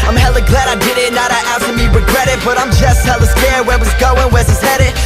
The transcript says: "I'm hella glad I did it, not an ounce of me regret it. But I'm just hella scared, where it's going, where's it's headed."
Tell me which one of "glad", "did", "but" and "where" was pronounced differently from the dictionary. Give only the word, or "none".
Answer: where